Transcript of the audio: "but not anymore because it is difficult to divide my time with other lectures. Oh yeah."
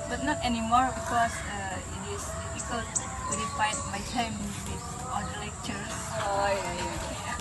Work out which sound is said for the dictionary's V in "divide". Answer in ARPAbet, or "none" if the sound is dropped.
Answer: F